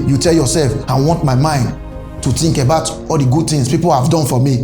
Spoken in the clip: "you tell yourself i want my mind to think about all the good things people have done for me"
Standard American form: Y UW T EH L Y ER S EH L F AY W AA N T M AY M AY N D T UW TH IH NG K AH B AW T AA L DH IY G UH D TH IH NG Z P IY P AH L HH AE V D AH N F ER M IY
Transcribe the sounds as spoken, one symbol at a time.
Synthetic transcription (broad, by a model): Y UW T EH L Y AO S EH L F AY W AA N T M AY M AY N D T UW T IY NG K AH B AW T AA L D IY G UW D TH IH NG S P IY P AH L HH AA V D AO N F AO M IY